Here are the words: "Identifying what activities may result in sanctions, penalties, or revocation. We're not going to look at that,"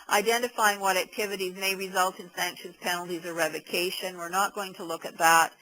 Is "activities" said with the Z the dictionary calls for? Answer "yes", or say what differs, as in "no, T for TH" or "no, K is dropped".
yes